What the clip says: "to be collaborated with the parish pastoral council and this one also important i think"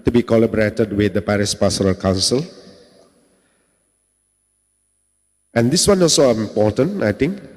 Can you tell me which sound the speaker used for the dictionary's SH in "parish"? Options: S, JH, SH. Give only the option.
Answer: S